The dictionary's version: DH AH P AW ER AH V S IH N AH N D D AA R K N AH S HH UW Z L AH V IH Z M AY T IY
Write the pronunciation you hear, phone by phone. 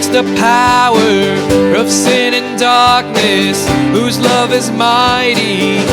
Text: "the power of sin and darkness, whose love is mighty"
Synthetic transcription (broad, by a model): DH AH P AW ER AH V S IH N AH N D D AA R K N AH S HH UW Z L AH V IH Z M AY T IY